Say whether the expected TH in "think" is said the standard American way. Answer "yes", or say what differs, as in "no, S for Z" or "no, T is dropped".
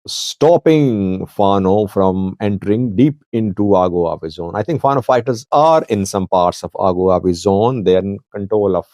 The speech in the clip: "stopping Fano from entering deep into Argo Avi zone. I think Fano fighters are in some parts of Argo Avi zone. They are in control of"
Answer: no, T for TH